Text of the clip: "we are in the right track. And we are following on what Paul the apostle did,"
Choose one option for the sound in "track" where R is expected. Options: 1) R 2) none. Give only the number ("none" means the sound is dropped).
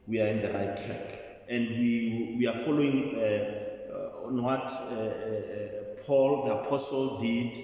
2